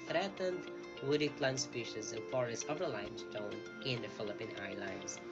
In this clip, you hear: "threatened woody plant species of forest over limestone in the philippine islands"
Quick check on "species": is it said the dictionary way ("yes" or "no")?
yes